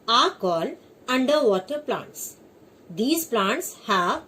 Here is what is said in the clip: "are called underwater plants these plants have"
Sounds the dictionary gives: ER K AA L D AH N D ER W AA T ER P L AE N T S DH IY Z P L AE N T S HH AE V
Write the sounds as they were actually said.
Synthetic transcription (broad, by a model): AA K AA L AH N D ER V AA T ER P L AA N T S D IY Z P L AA N T S HH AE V